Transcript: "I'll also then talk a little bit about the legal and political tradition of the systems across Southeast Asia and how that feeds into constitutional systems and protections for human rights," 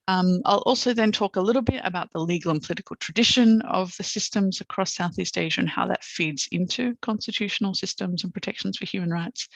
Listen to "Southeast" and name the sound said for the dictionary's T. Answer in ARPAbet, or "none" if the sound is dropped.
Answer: T